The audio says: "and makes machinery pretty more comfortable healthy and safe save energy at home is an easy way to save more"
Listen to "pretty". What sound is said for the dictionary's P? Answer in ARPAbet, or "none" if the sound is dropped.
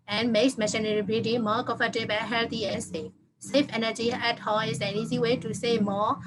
B